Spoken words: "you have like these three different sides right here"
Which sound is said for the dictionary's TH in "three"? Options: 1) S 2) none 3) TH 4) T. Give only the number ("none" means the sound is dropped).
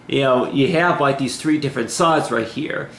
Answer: 3